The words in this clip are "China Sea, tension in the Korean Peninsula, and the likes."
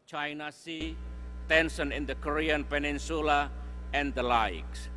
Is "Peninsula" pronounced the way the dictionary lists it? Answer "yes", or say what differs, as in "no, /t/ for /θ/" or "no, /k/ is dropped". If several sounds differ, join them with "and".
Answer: yes